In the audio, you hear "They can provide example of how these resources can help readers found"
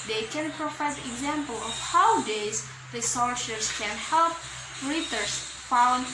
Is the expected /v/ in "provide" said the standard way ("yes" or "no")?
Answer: no